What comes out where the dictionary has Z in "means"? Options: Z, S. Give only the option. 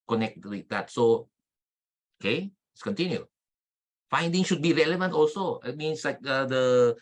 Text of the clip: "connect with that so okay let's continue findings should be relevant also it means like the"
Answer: S